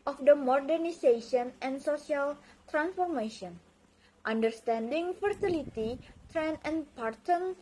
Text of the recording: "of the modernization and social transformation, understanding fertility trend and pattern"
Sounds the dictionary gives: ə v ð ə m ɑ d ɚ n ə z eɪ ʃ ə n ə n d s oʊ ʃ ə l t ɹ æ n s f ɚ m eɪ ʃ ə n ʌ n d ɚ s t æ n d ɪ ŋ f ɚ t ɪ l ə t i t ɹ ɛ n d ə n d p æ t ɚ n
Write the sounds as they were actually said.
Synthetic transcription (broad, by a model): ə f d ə m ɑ d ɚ n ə s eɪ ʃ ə n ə n s oʊ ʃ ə l t ɹ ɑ n s f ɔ m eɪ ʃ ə n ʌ n d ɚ s t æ n d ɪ ŋ f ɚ t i l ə t i t ɹ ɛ n ə n p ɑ t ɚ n